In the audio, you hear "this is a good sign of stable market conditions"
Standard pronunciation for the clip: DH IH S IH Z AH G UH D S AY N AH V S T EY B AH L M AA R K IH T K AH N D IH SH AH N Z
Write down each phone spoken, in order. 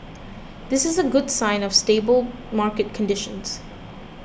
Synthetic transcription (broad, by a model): DH IH S IH Z AH G UH D S AY N AH V S T EY B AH L M AA R K IH T K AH N D IH SH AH N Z